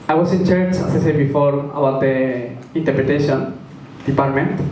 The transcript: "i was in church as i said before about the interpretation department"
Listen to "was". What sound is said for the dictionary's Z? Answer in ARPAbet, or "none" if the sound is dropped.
S